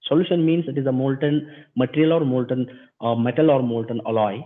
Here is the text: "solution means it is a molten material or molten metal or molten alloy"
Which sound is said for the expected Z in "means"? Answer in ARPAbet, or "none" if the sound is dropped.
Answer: S